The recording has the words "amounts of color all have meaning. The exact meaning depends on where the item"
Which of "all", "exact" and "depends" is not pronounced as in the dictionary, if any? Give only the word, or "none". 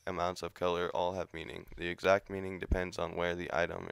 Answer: none